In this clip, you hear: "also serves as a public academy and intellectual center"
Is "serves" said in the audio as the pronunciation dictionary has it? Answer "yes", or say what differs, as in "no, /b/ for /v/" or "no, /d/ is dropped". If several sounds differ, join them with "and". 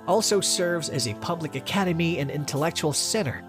yes